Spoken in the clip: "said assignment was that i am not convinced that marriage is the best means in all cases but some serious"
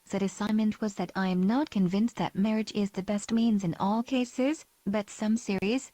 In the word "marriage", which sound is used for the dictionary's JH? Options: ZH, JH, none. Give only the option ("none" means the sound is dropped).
JH